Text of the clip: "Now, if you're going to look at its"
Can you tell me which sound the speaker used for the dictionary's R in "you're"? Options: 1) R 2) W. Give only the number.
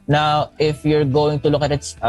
1